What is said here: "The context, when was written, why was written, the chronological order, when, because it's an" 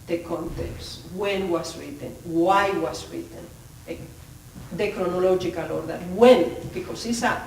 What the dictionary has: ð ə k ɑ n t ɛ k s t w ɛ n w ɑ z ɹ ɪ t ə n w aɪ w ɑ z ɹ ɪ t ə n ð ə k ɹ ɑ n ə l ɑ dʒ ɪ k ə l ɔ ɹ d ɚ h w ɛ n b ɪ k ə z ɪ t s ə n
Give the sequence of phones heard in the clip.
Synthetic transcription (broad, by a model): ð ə k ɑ n t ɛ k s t w ɛ n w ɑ s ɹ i t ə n w aɪ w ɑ s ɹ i t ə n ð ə k ɹ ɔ n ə l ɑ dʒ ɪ k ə l ɔ ɹ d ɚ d w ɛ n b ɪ k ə s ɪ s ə